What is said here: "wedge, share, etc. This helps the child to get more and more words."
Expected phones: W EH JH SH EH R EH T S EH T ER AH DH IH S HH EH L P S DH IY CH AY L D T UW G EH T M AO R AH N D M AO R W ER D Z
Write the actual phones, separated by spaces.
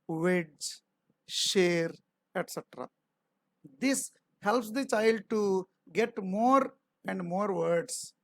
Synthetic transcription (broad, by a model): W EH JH SH EH R EH T S EH T ER AH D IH S HH EH L P S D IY CH AY L D T UW G EH T M AO R AH N D M AO R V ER D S